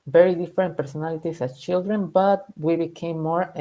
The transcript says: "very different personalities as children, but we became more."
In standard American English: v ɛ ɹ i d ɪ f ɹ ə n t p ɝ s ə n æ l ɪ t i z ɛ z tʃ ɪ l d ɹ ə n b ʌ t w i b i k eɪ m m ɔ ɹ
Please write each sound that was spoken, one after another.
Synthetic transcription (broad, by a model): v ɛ ɹ i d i f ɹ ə n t p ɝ s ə n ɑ l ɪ t i s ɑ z tʃ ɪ l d ɹ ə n b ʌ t w i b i k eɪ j m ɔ ɹ